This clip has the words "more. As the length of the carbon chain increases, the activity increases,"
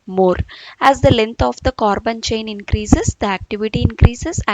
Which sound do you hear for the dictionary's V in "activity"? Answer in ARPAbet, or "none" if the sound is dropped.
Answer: V